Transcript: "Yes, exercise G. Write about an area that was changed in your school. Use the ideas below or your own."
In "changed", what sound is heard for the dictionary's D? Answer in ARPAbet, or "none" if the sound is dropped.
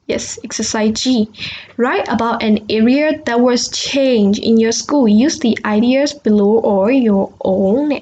none